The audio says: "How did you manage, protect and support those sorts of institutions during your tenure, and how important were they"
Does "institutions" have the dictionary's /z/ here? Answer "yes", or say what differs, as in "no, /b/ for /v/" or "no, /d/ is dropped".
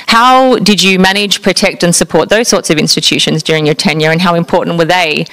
yes